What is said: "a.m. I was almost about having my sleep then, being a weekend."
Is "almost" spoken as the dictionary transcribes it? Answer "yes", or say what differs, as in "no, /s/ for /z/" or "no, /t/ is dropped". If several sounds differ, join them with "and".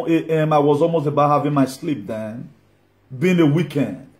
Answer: yes